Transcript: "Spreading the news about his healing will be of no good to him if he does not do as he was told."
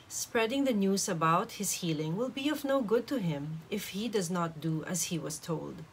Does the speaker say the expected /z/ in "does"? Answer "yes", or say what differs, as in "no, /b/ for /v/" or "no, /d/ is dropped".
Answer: yes